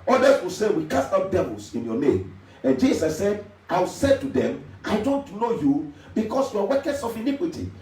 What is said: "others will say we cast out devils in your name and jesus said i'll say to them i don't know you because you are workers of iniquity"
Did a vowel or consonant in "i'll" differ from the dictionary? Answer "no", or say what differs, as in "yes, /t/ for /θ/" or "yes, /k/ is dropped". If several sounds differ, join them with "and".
yes, /w/ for /l/